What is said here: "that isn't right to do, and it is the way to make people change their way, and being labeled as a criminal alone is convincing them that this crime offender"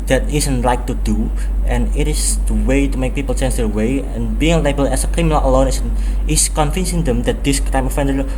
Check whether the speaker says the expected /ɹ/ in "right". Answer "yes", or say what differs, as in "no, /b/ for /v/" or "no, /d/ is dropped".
no, /l/ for /ɹ/